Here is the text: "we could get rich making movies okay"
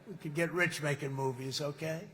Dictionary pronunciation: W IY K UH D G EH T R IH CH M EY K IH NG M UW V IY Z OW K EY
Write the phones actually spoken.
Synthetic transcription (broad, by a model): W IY K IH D G EH T R IH CH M EY K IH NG M UW V IY Z OW K EY